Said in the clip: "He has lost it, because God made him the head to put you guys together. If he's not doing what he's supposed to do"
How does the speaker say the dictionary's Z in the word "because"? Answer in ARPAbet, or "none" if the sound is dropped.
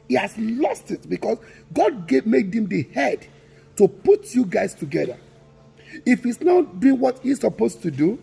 S